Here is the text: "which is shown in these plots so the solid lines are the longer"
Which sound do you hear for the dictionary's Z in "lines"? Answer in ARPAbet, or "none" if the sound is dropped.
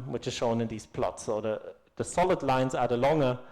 Z